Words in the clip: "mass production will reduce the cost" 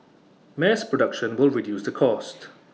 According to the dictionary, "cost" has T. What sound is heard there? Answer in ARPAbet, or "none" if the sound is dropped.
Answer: T